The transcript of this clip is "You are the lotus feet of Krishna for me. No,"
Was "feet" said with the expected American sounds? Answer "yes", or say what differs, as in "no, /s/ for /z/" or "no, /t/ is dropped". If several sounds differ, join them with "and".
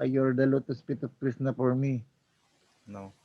no, /p/ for /f/